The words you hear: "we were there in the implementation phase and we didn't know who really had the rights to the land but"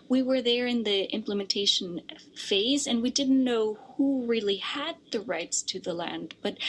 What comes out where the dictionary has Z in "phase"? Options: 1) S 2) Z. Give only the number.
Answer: 2